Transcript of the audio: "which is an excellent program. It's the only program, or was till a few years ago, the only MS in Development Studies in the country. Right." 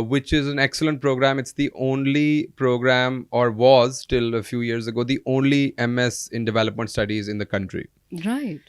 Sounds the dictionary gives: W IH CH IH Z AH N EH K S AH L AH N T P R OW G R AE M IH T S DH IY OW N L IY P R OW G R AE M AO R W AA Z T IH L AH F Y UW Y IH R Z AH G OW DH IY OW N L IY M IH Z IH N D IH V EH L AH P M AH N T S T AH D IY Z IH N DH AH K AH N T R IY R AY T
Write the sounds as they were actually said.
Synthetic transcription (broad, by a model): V IH CH IH Z AH N EH K S AH L AH N T P R OW G R AE M IH T S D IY OW N L IY P R OW G R AE M AO R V AA Z T IH L AH F Y UW Y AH R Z AH G OW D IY OW N L IY M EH S IH N D IH V EH L AH P M AH N T S T AH D IY Z IH N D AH K AH N T R IY R AY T